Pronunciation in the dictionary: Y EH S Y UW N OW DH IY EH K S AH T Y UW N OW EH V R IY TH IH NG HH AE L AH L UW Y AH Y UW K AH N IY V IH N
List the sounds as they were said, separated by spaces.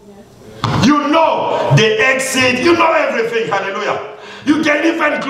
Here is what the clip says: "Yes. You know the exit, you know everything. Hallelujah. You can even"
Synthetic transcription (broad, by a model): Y Y UW N OW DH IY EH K S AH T Y UW N OW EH V R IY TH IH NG HH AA L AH L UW Y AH Y UW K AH L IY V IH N